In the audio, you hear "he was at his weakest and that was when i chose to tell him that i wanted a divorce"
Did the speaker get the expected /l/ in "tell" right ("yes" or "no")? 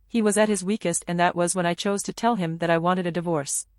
yes